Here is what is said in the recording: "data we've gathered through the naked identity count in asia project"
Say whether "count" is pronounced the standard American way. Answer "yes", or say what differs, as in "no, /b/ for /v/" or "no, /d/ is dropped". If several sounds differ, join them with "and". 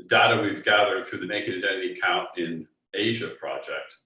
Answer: yes